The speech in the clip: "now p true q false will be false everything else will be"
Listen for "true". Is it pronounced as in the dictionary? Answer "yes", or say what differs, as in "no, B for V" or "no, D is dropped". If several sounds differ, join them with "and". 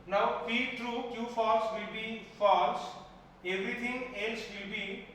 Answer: yes